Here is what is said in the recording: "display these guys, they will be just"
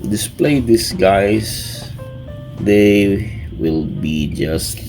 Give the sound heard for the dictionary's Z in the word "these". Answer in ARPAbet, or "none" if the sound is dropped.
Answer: S